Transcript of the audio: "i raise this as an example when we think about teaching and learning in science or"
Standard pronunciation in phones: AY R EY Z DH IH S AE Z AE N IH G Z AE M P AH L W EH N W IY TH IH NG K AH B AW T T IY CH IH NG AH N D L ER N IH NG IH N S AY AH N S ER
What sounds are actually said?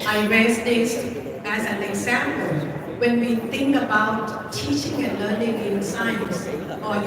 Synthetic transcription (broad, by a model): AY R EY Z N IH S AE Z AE N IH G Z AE M P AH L W EH N W IY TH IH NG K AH B AW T T IY CH IH NG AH N L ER N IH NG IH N S AY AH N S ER